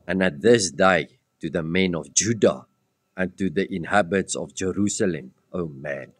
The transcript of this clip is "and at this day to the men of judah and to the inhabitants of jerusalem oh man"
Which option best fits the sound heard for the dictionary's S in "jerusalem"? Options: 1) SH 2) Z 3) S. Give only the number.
3